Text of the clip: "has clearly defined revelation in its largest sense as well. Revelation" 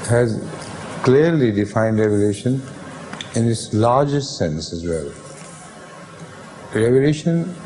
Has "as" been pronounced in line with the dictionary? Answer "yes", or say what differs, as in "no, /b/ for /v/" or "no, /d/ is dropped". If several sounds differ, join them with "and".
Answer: yes